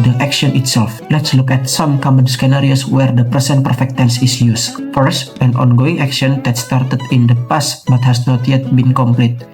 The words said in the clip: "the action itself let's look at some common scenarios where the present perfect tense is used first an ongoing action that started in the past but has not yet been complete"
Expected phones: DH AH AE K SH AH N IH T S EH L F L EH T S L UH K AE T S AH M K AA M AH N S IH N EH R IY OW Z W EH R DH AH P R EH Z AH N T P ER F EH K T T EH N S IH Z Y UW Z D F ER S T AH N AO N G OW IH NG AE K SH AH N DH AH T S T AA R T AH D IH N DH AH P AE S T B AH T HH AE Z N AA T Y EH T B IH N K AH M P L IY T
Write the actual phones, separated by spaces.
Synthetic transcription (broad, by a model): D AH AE K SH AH N IH T S EH L F L EH T S L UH K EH T S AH M K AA M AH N S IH N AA R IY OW S W EH R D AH P R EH S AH N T P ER F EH K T T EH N S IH S Y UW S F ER S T AH N AO N G OW IH NG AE K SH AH N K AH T S T AA R T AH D IH N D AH P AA S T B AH T HH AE S N AA T Y EH T B IH N K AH M P L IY T